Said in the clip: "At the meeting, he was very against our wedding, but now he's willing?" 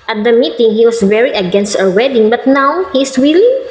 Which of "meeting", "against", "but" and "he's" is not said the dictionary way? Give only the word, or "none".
he's